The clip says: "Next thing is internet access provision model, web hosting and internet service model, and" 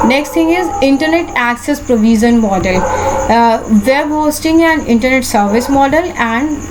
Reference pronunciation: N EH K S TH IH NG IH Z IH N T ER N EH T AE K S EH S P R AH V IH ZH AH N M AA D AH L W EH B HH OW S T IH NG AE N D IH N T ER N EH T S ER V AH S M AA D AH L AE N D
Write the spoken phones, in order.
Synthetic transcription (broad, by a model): N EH K S T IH NG IH Z IH N T ER N EH T AE K S EH S P R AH V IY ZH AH N M AA D AH L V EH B HH OW S T IH NG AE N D IH N T ER N EH T S ER V AH S M AA D AH L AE N D